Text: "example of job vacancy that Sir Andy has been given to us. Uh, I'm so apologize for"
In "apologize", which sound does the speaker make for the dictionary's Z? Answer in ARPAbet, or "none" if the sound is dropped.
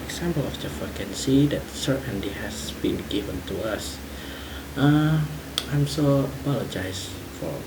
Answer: S